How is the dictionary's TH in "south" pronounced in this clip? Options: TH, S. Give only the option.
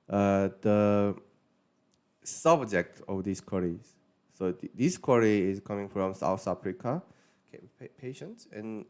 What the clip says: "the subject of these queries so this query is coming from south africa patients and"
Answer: S